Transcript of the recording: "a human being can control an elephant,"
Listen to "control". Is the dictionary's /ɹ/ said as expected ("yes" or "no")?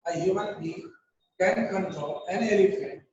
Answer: no